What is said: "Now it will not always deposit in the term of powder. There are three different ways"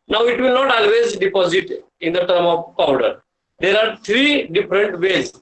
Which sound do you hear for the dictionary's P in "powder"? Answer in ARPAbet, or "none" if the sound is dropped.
P